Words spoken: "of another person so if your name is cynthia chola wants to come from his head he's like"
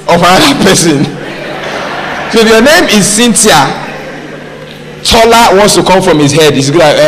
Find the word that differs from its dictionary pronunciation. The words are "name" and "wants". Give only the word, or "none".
none